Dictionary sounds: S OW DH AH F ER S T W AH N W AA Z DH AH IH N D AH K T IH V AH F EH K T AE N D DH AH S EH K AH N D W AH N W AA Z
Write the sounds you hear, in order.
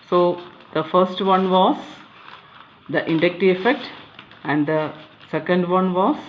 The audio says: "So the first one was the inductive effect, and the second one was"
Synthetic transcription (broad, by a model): S OW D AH F ER S T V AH N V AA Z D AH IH N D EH K T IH AH F EH K T AE N D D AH S EH K AH N D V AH N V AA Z